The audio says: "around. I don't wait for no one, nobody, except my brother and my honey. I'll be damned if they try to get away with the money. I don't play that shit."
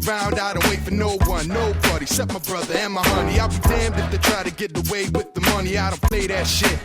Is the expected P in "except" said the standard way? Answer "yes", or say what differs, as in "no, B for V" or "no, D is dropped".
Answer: no, P is dropped